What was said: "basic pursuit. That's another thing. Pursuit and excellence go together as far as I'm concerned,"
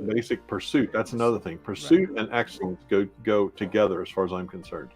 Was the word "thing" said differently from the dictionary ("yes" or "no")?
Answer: no